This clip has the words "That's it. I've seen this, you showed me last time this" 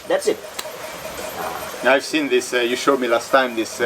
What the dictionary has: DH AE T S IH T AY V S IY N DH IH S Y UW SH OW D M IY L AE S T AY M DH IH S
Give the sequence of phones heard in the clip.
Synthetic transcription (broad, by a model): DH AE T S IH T AY V S IY N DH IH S Y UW SH OW D M IY L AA S T AY M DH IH S